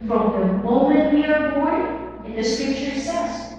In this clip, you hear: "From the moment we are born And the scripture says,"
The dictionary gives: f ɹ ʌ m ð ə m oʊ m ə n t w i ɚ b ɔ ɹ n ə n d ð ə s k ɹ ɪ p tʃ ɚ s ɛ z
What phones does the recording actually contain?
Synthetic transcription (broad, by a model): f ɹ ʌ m ð ə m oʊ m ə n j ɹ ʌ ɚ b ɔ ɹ ə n ð ə s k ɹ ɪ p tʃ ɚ s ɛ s